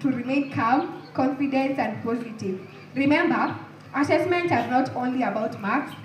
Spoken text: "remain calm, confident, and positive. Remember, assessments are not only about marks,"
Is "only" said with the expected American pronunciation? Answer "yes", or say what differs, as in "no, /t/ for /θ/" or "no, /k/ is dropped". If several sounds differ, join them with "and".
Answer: yes